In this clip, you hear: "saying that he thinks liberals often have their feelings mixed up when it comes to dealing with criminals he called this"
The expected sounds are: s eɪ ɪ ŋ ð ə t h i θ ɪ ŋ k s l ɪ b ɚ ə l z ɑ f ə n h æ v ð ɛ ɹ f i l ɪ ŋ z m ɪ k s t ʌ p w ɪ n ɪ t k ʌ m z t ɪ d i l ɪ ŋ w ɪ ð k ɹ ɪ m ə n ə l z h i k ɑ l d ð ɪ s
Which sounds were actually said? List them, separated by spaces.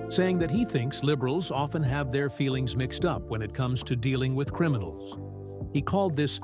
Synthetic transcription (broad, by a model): s eɪ ɪ ŋ ð ə t h i θ ɪ ŋ k s l ɪ b ɚ l z ɑ f ə n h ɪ v ð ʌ ɹ f i l ɪ ŋ z m ɪ k s t ʌ p w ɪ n ɪ t k ʌ m z t ɪ d i l ɪ ŋ w ɪ ð k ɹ ɪ m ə n l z h i k ɑ l d ð ɪ s